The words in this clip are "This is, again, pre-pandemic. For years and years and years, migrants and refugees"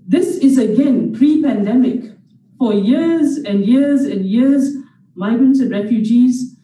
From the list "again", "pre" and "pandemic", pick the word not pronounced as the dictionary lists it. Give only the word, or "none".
none